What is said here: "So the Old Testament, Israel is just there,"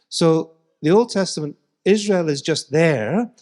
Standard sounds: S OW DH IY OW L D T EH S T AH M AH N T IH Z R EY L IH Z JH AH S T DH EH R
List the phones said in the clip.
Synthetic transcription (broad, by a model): S OW DH IY OW L D T EH S T AH M AH N T IH Z R EY L IH Z JH AH S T DH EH R